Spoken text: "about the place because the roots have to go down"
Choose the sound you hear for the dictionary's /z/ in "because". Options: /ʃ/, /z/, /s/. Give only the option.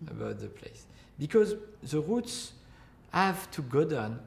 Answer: /z/